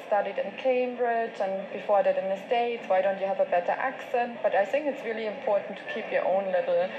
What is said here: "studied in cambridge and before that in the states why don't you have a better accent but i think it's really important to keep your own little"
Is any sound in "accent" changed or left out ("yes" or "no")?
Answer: no